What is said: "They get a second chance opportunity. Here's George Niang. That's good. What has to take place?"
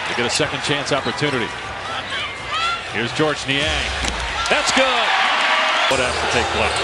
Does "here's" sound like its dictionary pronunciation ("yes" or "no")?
yes